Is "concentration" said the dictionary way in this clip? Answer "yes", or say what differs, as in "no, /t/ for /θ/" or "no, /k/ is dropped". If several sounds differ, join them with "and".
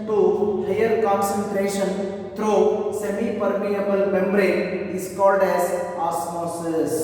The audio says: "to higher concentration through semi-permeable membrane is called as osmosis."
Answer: yes